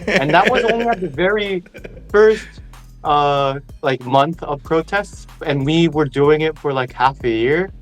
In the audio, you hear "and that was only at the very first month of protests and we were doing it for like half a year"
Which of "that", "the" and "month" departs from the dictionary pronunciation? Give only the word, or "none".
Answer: none